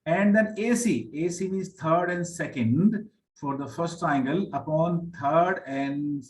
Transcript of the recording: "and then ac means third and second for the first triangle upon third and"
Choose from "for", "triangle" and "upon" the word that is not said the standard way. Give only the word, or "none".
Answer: triangle